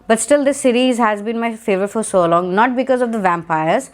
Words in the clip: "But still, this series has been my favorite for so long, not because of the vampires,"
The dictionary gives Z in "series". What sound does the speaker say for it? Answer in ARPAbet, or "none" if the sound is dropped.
Z